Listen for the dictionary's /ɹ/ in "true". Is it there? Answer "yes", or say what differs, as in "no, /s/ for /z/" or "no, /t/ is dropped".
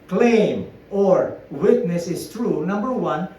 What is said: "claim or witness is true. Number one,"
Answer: yes